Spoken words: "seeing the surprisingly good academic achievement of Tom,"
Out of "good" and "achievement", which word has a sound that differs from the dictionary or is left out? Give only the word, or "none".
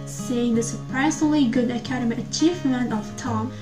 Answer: achievement